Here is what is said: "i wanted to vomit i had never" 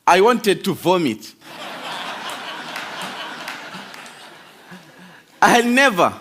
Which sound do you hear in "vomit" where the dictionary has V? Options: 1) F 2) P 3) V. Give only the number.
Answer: 3